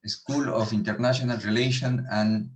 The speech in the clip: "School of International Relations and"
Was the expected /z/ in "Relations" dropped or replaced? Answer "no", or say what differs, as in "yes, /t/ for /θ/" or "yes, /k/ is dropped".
yes, /z/ is dropped